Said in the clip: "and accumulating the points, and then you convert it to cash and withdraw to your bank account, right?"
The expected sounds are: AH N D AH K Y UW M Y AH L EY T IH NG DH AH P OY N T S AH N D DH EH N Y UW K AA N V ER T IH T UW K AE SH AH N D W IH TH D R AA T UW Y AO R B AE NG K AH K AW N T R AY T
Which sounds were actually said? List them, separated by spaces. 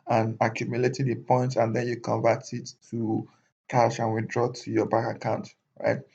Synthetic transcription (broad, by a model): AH N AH K Y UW M Y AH L EY T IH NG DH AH P OY N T AH N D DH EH N Y UW K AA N V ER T IH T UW K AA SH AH N W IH D R AA T UW Y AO B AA K AH K AW N T R AY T